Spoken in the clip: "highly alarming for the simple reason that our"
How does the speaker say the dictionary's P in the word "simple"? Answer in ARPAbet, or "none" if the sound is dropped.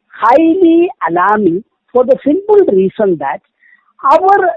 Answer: B